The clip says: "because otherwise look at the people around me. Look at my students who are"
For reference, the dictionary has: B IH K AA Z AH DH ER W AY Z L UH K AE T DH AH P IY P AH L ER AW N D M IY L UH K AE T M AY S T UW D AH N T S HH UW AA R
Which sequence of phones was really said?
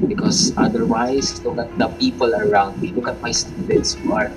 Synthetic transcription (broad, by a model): B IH K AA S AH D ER W AY S L UH K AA T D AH P IY P AH L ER AW N D M IY L UH K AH T M AY S T UW D AH N T S HH UW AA R